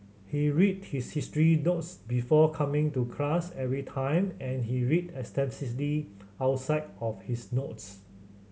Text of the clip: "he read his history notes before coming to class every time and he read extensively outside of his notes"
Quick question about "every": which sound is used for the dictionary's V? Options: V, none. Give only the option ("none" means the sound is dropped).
V